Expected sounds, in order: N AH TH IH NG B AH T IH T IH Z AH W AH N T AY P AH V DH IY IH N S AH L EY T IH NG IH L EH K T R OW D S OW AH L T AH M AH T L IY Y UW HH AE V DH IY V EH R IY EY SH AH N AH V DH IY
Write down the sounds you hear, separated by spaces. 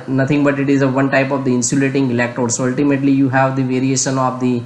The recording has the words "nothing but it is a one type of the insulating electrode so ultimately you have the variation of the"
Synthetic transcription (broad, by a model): N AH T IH NG B AH T IH T IH Z AH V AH N T AY P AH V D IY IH N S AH L EY T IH NG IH L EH K T OW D S OW AH L T AH M AH T L IY Y UW HH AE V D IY V EH R IY EY SH AH N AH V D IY